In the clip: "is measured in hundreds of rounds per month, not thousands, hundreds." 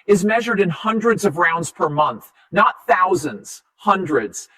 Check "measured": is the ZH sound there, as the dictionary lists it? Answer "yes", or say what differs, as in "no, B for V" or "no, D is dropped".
yes